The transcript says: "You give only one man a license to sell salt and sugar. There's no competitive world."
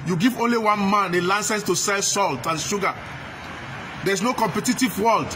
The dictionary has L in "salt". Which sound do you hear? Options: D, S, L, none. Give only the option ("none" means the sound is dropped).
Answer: L